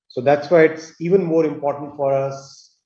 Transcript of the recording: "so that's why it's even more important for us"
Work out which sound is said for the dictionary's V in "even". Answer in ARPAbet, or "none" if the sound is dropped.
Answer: V